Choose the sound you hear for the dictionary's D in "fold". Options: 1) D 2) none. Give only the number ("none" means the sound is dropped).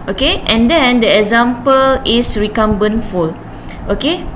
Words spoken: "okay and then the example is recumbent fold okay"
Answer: 2